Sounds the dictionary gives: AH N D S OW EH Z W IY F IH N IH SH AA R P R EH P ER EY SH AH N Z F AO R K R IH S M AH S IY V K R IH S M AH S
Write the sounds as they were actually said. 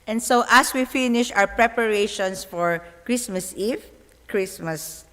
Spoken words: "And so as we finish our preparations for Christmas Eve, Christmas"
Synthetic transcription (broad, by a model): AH N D S OW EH S W IY F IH N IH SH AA W P R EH P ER EY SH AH N S F AO R K R IH S M AH S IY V K R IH S M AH S